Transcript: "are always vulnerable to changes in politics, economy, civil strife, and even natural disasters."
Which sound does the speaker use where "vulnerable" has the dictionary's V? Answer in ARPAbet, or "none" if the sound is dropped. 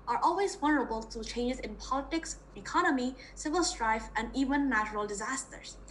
W